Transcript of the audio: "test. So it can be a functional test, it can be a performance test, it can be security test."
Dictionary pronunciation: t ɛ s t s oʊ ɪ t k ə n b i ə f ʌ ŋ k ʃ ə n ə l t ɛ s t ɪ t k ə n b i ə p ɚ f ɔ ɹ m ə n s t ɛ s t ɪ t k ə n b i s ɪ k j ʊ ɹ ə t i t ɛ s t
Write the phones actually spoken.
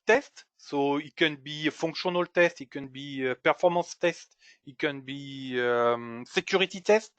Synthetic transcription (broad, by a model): t ɛ s t s oʊ ɪ t k ə n b i f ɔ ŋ k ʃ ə n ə l t ɛ s t ɪ t k ə n b i ə p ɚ f ɔ ɹ m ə s t ɛ s t ɪ t k ə n b i s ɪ k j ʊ ɹ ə t i t ɛ s t